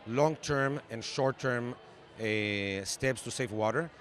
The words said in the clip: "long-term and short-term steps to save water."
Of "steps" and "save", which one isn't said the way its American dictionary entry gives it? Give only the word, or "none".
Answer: save